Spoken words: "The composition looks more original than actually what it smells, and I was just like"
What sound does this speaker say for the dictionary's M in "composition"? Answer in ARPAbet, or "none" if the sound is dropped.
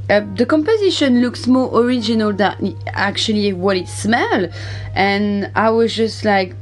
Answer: M